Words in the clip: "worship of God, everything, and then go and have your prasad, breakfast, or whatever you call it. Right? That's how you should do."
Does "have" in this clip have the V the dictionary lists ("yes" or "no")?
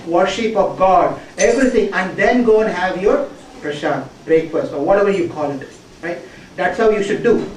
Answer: yes